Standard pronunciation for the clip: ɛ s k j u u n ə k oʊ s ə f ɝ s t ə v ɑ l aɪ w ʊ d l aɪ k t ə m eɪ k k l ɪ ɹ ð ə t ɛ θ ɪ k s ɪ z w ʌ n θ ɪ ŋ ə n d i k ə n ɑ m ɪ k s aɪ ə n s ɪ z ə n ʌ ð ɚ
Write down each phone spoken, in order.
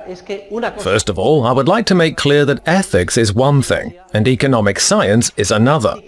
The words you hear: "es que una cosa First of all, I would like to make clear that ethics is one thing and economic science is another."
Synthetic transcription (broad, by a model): f ɝ s t ə v ɑ l aɪ w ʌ d l aɪ k t ə m eɪ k k l ɪ ɹ ð ə t ɛ θ ɪ k s ɪ z w ʌ n θ ɪ ŋ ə n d i k ə n ɑ m ɪ k s aɪ ə n s ɪ z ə n ʌ ð ɚ